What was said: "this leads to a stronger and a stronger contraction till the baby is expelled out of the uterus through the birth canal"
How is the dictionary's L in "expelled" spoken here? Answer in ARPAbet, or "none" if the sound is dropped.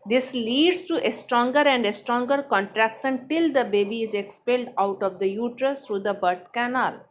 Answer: L